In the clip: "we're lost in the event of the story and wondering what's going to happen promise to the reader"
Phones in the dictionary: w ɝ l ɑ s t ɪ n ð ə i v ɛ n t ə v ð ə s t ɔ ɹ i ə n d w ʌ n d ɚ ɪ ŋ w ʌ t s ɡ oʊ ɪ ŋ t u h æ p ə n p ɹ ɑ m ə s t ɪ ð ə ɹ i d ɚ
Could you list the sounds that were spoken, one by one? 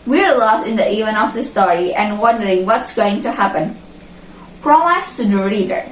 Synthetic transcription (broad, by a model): w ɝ l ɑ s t ɪ n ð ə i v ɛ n ə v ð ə s t ɔ ɹ i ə n w ʌ n d ɚ ɪ ŋ w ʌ t s ɡ oʊ ɪ ŋ t u h æ p ə n p ɹ ɑ m ə s t ɪ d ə ɹ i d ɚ